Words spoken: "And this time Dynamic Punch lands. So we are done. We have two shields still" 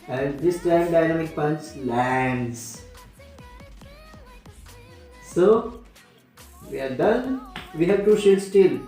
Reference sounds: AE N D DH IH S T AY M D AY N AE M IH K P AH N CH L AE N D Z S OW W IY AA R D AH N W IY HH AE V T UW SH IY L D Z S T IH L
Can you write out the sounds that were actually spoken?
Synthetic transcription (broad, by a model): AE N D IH S T AY M D AY N AE M IH K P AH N S L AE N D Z S OW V IY AA R D AH N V IY HH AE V T UW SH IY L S T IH L